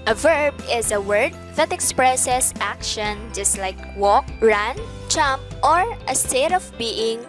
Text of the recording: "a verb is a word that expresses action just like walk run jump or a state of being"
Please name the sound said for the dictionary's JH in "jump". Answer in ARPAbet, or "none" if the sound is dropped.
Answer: CH